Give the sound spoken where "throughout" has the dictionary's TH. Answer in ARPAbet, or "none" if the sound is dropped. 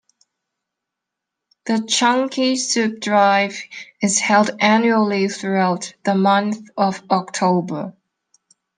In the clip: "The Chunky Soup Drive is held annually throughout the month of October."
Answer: TH